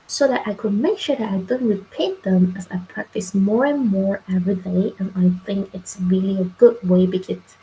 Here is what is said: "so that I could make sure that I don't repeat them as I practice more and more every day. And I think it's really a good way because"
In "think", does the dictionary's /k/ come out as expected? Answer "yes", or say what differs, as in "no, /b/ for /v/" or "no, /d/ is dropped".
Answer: yes